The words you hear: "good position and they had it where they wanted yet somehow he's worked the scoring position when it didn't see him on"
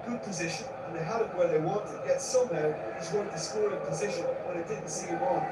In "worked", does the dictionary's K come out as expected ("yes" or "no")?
no